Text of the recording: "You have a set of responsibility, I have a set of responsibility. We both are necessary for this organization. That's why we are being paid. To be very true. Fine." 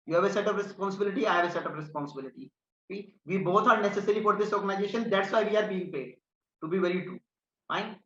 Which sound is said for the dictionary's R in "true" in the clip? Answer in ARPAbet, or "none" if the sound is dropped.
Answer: none